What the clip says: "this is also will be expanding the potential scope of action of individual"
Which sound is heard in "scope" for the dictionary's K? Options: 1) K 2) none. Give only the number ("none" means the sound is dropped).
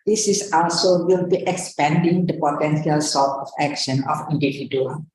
2